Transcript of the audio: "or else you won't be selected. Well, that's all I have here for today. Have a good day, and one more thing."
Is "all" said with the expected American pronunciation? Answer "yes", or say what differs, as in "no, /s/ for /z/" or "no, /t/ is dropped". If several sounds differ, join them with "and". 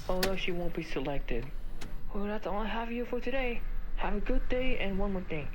no, /n/ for /l/